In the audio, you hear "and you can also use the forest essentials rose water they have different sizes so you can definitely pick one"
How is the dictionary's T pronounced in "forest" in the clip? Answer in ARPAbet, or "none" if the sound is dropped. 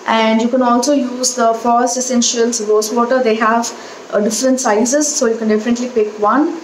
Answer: none